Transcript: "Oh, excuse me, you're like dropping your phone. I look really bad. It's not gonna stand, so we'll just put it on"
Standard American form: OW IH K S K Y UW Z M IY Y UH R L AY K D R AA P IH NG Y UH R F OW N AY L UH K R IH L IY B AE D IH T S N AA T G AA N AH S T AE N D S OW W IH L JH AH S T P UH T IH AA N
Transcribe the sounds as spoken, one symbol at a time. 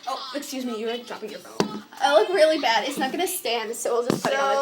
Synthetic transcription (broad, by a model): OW IH K S K Y UW Z M IY Y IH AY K D R AA P IH NG Y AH R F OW IH L UH K R IH L IY B AE D IH T S N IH T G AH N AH S T AE N D S OW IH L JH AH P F IH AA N